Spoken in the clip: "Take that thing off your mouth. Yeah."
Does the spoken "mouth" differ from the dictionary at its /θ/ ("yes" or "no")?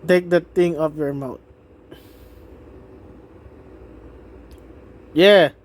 yes